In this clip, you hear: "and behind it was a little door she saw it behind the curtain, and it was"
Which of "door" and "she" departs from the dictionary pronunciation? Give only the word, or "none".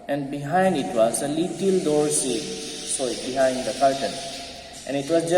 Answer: she